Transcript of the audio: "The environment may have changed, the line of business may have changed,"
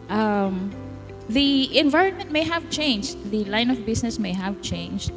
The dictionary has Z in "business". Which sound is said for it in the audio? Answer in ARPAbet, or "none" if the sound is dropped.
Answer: S